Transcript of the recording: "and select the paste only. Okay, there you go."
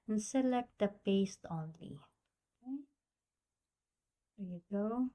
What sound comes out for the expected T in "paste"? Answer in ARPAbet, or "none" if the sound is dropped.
T